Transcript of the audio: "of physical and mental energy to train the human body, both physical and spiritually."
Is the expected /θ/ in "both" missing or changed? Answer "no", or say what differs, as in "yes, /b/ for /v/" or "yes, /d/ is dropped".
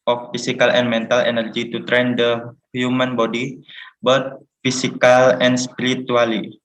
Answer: yes, /t/ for /θ/